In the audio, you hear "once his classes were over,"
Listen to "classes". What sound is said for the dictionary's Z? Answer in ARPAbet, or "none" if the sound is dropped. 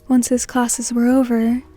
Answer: Z